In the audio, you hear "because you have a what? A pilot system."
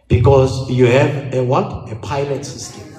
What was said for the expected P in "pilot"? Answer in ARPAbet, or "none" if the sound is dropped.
P